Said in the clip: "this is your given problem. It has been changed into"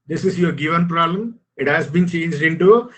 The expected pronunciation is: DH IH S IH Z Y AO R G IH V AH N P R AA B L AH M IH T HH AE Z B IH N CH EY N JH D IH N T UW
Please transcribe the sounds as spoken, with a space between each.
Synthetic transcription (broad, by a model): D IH S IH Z Y AO R G IH V AH N P R AA B L AH M IH T HH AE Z B IH N CH EY N JH D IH N T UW